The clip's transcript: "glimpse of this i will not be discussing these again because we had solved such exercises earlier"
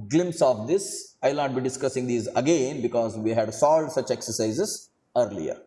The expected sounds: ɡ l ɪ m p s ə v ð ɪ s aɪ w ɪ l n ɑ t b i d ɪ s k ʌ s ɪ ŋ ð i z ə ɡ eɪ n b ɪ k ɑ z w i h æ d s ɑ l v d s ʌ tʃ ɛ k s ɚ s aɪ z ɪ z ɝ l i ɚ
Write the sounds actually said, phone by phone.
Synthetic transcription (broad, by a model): ɡ l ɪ m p s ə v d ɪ s aɪ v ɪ l n ɑ t b i d ɪ s k ʌ s ɪ ŋ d i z ə ɡ eɪ n b ɪ k ɑ z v i h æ d s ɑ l d s ʌ tʃ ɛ k s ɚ s aɪ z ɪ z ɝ l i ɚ